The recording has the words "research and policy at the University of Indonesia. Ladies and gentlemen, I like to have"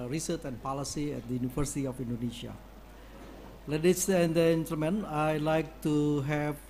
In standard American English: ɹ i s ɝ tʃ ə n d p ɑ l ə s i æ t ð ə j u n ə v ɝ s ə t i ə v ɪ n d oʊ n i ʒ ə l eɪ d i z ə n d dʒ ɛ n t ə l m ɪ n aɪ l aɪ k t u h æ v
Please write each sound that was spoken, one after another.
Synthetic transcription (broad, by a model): ɹ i s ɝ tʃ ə n p ɑ l ə s i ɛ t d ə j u n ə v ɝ s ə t i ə f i n d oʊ n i ʃ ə l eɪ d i s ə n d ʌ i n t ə m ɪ n aɪ l aɪ k t u h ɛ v